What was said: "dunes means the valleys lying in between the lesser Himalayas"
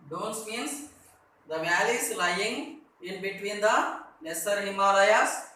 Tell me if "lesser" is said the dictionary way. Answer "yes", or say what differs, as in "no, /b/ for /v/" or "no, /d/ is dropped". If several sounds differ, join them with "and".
no, /n/ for /l/